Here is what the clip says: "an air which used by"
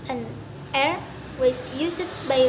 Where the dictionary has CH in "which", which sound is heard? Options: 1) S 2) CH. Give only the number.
1